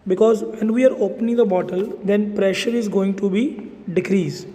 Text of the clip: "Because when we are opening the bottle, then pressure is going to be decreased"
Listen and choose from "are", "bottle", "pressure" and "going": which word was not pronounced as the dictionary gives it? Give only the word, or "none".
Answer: none